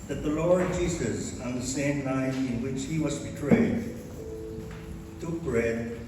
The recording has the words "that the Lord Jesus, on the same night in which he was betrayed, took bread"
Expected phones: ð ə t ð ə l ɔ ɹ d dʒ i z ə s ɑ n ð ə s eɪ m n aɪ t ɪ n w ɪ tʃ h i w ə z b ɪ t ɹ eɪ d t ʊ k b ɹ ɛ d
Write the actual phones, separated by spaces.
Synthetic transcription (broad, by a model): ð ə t ð ə l ɔ ɹ d dʒ i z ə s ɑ n ð ə s eɪ m n aɪ t ɪ n w ɪ tʃ h i w ə z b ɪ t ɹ eɪ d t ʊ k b ɹ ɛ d